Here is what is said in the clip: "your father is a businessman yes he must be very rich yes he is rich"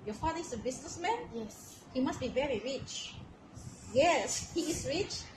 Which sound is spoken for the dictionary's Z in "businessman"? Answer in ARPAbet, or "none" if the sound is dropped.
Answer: S